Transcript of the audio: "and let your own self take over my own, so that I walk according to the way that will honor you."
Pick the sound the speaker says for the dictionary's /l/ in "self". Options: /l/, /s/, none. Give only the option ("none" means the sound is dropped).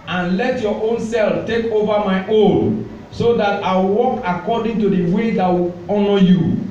/l/